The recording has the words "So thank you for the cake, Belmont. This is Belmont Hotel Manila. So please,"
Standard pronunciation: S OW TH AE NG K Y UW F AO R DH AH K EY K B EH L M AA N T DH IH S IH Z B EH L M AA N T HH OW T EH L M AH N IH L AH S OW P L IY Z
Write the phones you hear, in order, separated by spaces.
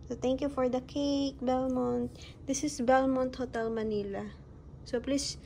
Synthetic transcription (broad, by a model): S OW T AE NG K Y UW F AO R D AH K EY K B EH L M AA N T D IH S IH S B EH L M AA N T HH OW T EH L M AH N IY L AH S OW P L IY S